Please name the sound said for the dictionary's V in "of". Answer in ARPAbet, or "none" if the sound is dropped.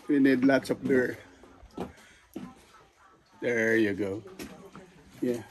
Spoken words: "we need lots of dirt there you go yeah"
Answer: P